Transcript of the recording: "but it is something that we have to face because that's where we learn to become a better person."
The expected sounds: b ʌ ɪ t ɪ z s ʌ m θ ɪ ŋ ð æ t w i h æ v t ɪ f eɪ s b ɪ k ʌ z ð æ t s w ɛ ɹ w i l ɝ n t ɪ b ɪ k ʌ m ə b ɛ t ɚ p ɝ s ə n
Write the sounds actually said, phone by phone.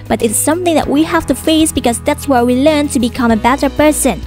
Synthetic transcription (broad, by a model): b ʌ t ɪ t s ʌ m θ ɪ ŋ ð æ t w i h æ f t ɪ f eɪ s b ɪ k ʌ z ð æ t s w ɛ ɹ w i l ɝ n t ɪ b ɪ k ʌ m ə b ɛ t ɚ p ɝ s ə n